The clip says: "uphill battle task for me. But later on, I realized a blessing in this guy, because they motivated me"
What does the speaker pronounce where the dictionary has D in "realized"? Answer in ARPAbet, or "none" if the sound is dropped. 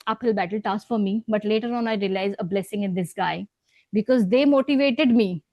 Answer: none